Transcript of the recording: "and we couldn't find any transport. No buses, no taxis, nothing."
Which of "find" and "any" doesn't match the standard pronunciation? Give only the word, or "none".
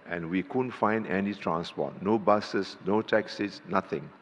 none